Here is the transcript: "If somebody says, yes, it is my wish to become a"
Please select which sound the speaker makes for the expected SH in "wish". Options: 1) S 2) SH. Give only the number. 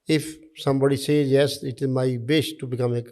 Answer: 1